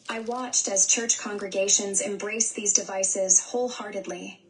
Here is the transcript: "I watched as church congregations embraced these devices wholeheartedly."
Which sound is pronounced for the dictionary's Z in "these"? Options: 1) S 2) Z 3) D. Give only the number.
2